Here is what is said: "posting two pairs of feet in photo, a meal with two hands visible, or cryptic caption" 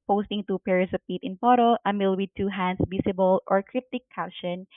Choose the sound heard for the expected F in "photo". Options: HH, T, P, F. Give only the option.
P